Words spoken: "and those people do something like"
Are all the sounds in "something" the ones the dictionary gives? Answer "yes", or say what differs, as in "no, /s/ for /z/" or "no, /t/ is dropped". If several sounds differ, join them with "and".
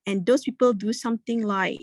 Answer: no, /t/ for /θ/